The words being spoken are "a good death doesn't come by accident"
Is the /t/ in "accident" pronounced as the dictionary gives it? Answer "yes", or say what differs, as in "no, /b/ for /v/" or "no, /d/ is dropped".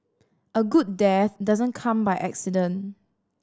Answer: no, /t/ is dropped